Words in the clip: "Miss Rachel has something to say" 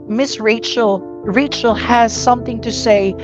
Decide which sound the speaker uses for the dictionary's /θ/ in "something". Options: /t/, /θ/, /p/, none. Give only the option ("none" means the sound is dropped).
/θ/